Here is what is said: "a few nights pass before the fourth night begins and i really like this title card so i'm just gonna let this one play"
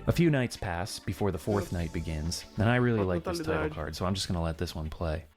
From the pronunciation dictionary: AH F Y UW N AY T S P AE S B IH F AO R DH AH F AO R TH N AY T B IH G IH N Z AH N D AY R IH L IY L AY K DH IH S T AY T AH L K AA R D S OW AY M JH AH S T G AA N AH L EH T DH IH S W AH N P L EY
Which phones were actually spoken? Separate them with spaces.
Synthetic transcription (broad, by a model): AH F Y UW N AY T S P AE S B IH F AO R DH AH F AO R TH N AY T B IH G IH N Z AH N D AY R IH L IY L AY K DH IH S T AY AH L K AA R D S OW AY M JH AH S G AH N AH L EH T DH IH S W AH N P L EY